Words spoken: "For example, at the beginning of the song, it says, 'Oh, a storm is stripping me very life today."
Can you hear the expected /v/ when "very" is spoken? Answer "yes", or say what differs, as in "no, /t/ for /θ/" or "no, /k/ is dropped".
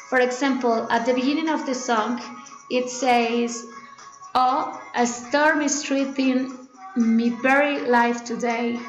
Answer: no, /b/ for /v/